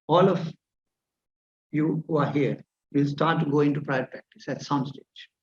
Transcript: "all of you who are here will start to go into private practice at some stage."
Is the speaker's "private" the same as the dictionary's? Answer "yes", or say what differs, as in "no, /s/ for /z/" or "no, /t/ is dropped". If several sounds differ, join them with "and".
no, /v/ is dropped